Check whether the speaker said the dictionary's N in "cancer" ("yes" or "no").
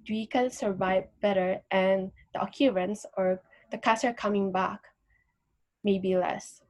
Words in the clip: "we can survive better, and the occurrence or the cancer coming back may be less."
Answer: no